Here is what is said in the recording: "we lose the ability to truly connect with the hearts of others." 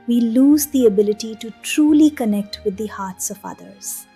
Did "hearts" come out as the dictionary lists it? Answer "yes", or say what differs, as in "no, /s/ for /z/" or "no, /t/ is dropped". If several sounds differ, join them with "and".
yes